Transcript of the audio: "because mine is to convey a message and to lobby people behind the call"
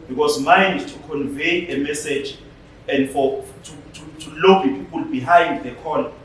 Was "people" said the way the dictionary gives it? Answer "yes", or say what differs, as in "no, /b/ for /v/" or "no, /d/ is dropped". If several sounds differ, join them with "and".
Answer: yes